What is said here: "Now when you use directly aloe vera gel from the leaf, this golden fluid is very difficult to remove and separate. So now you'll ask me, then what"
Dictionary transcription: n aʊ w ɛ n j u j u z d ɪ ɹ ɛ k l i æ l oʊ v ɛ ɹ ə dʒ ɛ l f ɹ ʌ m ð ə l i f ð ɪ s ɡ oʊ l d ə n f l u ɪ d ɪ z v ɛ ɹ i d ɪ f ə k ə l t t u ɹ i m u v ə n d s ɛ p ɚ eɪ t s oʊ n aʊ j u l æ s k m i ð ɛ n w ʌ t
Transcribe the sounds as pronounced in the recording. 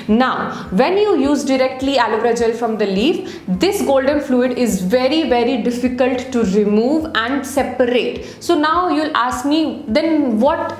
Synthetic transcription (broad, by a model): n aʊ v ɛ n j u j u z d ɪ ɹ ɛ k l i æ l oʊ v ɹ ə dʒ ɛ l f ɹ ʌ m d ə l i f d ɪ s ɡ oʊ l d ə n f l u ɪ d ɪ z v ɛ ɹ i d ɪ f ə k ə l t t u ɹ i m u v ə n d s ɛ p ɚ eɪ t s oʊ n aʊ j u l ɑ s k m i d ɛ n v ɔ t